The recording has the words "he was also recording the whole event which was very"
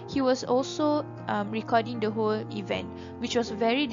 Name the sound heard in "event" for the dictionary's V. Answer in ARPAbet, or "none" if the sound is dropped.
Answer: V